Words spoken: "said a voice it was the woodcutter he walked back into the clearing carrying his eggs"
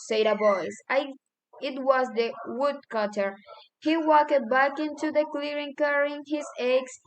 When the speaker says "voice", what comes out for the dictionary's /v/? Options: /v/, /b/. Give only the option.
/b/